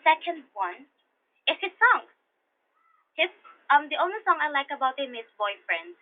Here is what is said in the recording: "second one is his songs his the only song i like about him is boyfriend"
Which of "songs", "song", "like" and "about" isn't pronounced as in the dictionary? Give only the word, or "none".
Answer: songs